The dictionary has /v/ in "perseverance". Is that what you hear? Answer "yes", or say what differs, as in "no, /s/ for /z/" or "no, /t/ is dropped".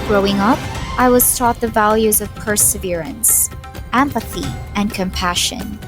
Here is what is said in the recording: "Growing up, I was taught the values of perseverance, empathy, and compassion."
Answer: yes